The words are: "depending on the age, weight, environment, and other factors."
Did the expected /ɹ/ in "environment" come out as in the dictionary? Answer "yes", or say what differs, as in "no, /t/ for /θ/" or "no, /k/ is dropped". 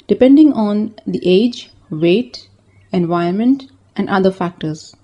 no, /ɹ/ is dropped